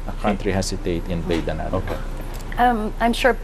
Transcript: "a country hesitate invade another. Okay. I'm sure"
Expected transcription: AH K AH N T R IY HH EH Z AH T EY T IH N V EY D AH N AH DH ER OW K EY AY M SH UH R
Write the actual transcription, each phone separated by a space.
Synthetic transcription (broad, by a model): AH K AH N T R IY HH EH S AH T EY T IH N B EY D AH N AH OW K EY AY M SH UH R